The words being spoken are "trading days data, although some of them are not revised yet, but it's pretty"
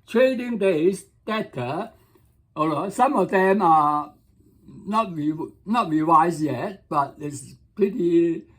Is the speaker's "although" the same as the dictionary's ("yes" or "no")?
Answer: no